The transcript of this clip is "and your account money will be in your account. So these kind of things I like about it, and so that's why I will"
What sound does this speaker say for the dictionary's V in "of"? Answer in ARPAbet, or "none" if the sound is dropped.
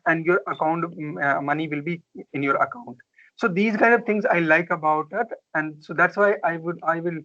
V